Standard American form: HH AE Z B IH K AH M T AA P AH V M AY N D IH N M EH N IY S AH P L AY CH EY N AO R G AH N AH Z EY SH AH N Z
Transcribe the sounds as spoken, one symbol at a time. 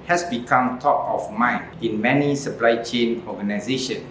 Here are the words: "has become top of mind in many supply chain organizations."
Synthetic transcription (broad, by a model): HH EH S B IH K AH M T AA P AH F M AY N IH N M EH N IY S AH P L AY CH EY N AO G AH N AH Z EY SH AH N